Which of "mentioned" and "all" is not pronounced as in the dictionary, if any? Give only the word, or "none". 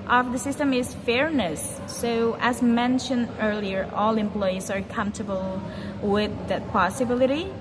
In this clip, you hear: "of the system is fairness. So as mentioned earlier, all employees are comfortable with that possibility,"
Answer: none